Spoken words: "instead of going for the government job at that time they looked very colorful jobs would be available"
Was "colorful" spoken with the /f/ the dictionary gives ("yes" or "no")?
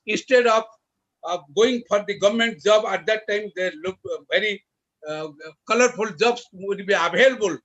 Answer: no